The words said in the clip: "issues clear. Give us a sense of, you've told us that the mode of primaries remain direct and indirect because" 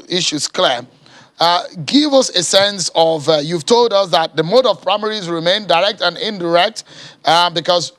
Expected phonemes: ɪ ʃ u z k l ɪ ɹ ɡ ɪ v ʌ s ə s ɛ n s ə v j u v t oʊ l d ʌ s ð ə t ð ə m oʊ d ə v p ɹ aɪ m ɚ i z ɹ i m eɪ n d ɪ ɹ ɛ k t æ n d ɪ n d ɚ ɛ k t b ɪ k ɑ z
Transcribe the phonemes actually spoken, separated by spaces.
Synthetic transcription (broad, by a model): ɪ ʃ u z k l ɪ ɡ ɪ v ʌ s ə s ɛ n s ə v j u v t oʊ l d ʌ s ð ə t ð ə m oʊ d ə v p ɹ aɪ m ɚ i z ɹ i m eɪ n d ɪ ɹ ɛ k t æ n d ɪ n d ɚ ɛ k t b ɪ k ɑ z